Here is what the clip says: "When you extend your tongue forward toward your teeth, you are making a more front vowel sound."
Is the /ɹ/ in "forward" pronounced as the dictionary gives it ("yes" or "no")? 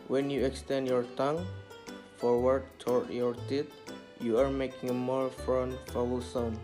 yes